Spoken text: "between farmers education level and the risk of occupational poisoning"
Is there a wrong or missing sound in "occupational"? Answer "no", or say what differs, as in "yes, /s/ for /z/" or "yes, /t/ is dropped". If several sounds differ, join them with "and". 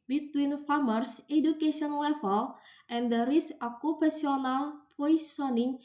yes, /ʃ/ is dropped